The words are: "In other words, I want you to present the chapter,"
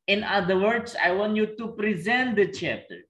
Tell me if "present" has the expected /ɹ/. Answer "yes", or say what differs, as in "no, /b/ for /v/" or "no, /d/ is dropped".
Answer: yes